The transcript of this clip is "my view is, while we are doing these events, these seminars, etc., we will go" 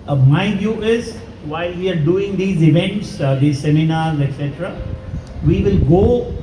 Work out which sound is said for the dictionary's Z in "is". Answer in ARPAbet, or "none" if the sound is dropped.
Z